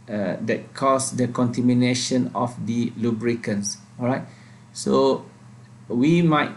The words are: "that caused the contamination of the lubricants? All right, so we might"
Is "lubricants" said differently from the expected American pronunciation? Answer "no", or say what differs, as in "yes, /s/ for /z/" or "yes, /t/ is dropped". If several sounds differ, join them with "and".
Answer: no